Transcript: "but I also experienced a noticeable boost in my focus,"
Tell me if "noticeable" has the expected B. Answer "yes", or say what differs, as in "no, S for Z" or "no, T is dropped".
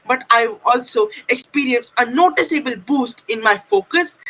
yes